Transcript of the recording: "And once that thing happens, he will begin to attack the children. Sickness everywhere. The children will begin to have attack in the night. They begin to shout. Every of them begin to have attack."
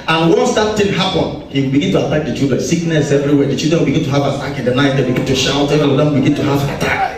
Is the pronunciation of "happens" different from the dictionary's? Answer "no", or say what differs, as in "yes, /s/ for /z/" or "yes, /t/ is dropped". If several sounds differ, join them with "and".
yes, /z/ is dropped